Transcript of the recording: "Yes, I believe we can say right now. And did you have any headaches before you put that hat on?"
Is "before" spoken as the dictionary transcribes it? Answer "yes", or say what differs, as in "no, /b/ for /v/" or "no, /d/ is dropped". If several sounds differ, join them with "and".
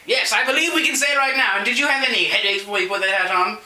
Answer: no, /f/ is dropped